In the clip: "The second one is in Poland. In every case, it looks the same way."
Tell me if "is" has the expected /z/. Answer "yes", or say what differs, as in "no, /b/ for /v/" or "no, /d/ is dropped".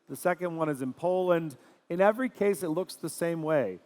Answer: yes